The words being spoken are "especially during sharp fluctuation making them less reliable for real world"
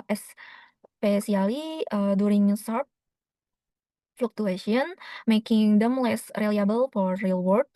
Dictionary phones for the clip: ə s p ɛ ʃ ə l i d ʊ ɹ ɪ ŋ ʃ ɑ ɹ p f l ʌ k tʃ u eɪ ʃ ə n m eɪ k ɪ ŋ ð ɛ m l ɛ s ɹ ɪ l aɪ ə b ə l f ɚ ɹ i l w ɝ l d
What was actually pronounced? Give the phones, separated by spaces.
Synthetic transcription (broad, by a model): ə s p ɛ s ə l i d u ɹ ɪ ŋ s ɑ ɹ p f l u k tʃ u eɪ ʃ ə n m eɪ k ɪ ŋ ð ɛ m l ɛ s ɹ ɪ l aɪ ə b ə l f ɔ ɹ i l w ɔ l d